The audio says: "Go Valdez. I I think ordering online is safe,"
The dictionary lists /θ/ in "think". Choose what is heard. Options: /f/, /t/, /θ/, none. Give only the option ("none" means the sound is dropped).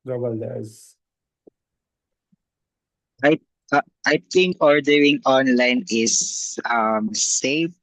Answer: /t/